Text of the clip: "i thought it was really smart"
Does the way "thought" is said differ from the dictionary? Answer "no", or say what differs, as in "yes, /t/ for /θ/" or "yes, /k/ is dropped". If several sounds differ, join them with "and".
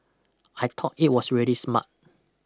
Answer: yes, /t/ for /θ/